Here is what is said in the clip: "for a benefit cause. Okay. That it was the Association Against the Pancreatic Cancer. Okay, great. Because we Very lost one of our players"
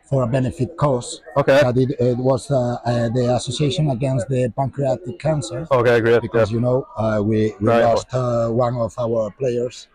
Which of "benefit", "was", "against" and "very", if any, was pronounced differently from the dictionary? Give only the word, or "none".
very